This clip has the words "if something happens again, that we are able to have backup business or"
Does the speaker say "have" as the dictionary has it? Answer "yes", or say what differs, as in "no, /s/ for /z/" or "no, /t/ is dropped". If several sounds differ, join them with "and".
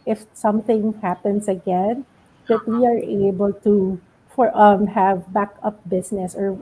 yes